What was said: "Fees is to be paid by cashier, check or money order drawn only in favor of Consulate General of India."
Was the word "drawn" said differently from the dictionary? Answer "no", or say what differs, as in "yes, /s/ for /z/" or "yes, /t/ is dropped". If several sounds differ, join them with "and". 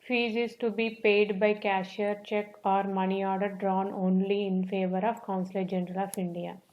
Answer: no